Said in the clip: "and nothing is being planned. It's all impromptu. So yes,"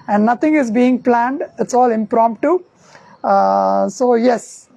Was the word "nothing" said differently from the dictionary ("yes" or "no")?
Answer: yes